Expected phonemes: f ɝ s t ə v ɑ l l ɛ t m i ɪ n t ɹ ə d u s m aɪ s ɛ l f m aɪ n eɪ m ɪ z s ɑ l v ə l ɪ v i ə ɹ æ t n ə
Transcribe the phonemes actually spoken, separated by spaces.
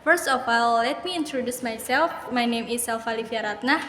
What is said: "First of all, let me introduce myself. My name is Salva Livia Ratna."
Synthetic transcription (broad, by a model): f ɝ s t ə f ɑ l l ɛ t m i ɪ n t ɹ ə d u s m aɪ s ɛ l f m aɪ n eɪ m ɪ s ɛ l f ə l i f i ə ɹ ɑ t n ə